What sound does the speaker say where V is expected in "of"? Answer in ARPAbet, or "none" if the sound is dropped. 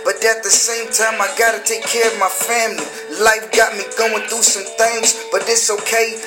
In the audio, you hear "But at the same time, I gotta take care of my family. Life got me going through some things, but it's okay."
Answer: V